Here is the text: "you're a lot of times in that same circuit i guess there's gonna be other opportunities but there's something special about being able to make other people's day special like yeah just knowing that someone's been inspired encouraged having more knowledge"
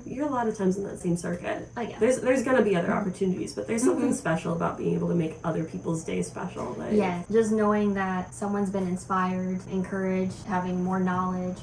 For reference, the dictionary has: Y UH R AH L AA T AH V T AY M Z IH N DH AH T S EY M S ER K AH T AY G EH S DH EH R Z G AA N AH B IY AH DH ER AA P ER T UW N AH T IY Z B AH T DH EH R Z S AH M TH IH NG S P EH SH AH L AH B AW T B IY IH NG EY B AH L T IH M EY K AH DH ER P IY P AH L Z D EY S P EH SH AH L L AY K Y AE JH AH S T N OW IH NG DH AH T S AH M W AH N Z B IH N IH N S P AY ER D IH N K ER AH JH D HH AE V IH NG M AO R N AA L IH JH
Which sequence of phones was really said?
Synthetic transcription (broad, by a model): Y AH R AH L AA T AH V T AY M Z N DH AH T S EY M S ER K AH T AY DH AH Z DH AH R Z G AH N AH B IY AH DH ER AA P ER T UW N AH T IY Z B AH T DH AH R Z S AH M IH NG S P EH SH L AH B AW T B IY IH NG EY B L T IH M EY K AH DH ER P IY P L Z D EY S P EH SH L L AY Y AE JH AH S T N OW IH NG DH AH T S AH M W AH N Z B IH N IH N S P AY ER D IH N K ER AH JH D HH AE V IH NG M AO R N AA L IH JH